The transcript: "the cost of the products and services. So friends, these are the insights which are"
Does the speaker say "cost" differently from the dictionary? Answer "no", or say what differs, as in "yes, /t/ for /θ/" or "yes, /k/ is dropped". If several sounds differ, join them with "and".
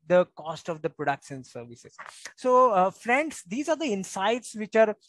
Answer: no